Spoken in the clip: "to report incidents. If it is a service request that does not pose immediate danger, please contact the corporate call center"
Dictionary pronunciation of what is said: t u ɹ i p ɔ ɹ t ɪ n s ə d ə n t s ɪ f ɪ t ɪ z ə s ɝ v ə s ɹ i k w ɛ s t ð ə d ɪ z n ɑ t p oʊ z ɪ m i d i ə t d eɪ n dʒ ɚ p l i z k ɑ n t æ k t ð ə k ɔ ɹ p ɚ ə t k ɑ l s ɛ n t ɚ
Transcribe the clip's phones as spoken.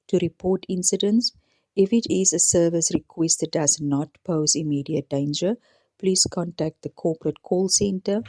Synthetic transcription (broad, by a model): t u ɹ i p ɔ t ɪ n s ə d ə n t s ɪ f ɪ t ɪ z ə s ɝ v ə s ɹ i k w ɛ s t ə d ɪ z n ɑ t p oʊ z ɪ m i d i ə t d eɪ n dʒ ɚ p l i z k ɑ n t æ k t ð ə k ɔ p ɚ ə t k ɑ l s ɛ n t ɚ